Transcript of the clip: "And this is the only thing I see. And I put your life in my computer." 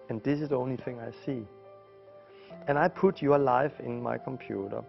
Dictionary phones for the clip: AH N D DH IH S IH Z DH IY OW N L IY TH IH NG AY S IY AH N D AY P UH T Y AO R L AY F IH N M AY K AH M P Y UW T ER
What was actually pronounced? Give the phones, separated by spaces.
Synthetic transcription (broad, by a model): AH N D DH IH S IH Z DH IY OW N L IY TH IH NG AY S IY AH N AY P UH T Y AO L AY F IH N M AY K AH M P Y UW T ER